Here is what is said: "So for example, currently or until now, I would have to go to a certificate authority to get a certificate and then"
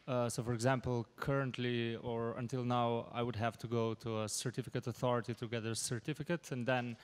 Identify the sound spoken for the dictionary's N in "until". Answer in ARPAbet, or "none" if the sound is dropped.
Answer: N